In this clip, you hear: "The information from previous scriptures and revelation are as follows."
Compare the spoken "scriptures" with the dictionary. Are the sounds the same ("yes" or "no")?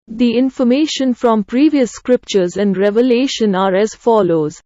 yes